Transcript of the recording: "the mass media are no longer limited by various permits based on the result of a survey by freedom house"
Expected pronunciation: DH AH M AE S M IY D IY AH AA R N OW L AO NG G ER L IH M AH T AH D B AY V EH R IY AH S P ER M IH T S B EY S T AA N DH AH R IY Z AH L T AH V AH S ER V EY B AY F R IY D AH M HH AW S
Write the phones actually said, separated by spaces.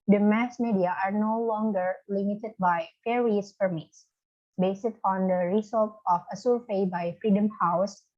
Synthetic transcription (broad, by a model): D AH M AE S M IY D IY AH AA R N OW L AO NG G ER L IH M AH T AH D B AY F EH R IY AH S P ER M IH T S B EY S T AA N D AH R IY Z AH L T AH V AH S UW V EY B AY F R IY D AH M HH AW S